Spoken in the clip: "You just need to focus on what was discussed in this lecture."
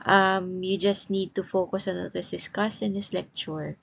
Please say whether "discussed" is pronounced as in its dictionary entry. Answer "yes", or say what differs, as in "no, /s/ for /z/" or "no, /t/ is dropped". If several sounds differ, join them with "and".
no, /t/ is dropped